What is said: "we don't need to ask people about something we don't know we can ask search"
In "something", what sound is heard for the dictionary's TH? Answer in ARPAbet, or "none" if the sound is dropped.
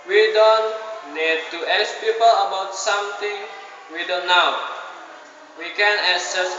T